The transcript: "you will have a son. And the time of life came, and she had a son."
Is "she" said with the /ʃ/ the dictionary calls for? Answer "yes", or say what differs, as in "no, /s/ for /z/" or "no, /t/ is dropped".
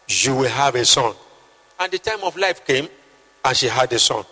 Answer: yes